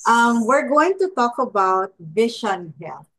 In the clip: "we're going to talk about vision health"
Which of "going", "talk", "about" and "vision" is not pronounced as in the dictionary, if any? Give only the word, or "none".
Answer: vision